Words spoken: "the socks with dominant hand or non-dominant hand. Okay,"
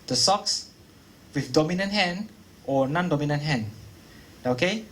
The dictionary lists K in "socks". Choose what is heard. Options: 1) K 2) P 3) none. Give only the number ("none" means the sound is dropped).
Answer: 1